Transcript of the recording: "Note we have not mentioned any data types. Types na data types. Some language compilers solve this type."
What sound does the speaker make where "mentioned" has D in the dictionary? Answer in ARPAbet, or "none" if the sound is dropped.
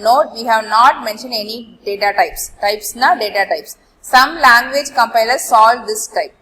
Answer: D